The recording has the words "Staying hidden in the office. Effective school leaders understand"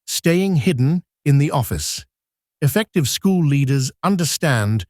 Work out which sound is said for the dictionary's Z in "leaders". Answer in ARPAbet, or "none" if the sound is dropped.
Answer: Z